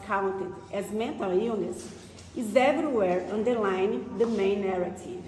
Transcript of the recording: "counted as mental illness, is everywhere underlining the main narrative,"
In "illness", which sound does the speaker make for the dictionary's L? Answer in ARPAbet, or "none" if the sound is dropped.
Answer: none